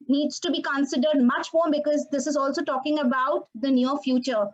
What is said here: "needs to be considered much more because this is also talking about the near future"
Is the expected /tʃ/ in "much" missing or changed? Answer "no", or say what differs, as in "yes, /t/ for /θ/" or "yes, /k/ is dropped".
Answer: no